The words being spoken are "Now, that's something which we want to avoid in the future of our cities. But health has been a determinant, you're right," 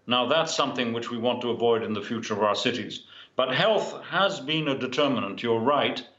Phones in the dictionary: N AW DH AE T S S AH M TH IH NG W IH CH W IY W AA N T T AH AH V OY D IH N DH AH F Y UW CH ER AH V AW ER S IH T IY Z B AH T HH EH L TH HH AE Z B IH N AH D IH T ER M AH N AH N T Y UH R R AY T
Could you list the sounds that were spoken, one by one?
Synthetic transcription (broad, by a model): N AW DH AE T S S AH M TH IH NG W IH CH W IY W AA N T T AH AH V OY D IH N DH AH F Y UW CH ER AH V AW ER S IH T IY Z B AH T HH EH L TH HH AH Z B IH N AH D IH T ER M AH N AH N T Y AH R R AY T